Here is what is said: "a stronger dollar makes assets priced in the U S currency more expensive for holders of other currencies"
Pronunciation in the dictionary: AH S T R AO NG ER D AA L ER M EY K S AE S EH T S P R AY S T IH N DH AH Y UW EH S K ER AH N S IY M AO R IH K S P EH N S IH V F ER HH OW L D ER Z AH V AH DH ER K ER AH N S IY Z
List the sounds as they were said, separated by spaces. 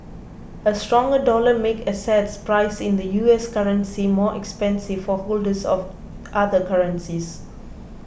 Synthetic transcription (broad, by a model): AH S T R AO NG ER D AA L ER M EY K AH S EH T S P R AY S IH N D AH Y UW EH S K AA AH N S IY M AO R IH K S P EH N S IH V F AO HH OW L D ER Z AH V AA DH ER K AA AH N S IY S